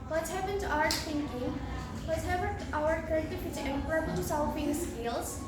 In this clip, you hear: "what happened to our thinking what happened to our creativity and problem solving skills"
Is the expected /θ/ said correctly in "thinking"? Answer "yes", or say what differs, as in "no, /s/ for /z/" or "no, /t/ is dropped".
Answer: no, /t/ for /θ/